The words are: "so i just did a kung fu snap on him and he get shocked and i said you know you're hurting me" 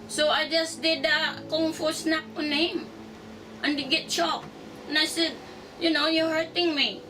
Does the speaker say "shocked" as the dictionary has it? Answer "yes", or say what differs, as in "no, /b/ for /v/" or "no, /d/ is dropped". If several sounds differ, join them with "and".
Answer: no, /t/ is dropped